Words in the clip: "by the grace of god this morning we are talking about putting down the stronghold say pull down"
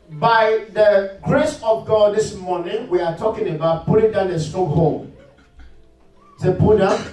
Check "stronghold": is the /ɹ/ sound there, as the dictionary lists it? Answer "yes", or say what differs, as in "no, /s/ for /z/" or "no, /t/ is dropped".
no, /ɹ/ is dropped